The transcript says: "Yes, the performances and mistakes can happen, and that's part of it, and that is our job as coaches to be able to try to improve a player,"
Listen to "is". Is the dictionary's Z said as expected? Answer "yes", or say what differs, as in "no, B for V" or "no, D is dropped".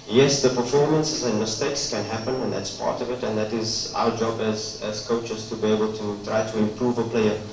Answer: yes